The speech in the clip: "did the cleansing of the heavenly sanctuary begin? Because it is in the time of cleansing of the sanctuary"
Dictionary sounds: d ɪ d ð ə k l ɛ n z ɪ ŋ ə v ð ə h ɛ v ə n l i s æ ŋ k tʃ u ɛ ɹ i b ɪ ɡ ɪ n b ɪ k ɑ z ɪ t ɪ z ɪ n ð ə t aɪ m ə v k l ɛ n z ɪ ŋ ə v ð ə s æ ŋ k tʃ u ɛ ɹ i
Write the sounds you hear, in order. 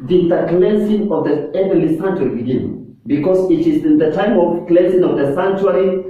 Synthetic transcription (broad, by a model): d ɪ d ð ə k l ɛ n s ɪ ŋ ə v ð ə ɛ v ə l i s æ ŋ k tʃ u ɹ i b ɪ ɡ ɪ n b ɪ k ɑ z ɪ t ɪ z ɪ n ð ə t aɪ m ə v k l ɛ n s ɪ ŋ ə v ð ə s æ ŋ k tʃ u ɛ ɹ i